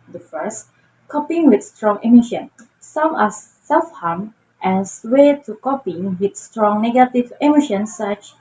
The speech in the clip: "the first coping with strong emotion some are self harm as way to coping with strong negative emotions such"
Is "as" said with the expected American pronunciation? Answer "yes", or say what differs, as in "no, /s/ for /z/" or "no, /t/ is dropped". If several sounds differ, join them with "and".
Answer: no, /s/ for /z/